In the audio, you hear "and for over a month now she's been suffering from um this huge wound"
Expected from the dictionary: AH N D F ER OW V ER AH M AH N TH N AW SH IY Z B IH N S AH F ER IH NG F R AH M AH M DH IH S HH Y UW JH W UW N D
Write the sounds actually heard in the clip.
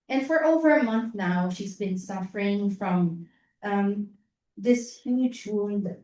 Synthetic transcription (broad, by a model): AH N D F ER OW V ER AH M AH N TH N AW SH IY Z B IH N S AH F ER IH NG F R AH M AH M DH IH S HH Y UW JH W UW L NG